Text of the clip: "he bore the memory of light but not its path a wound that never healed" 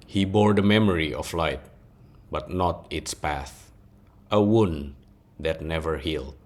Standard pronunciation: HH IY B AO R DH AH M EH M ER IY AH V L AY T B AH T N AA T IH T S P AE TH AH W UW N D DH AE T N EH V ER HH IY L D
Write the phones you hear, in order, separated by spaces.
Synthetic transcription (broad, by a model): HH IY B AO R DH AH M EH M ER IY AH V L AY T B AH T N AA T IH T S P AE TH AH W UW N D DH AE T N EH V ER HH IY L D